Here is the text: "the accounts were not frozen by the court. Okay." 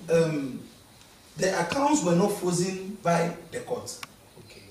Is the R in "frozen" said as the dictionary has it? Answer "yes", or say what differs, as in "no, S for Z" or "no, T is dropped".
no, R is dropped